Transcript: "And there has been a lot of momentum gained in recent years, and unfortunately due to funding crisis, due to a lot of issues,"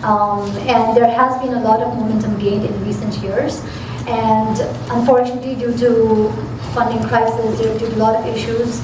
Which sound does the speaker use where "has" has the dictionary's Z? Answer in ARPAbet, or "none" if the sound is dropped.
Z